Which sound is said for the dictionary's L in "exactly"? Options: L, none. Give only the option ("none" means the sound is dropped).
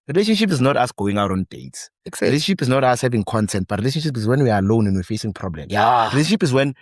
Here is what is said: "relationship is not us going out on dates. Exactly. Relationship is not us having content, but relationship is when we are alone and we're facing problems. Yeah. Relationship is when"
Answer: none